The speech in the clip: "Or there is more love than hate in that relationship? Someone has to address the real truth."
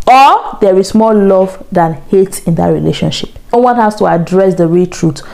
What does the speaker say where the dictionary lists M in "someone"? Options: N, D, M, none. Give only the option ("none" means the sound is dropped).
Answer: none